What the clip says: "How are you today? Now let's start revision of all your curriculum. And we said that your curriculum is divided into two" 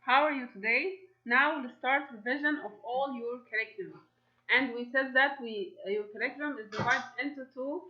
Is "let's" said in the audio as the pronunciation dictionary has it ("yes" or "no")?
no